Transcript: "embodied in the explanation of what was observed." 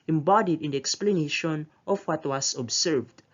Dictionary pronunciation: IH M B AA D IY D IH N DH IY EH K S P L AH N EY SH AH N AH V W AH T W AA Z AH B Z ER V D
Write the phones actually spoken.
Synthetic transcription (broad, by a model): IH M B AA D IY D IH N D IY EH K S P L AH N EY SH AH N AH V W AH T W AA S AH B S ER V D